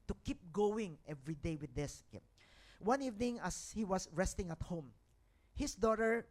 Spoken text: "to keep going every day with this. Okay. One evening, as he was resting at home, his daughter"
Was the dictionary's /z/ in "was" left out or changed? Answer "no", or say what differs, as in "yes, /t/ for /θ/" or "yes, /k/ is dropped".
yes, /s/ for /z/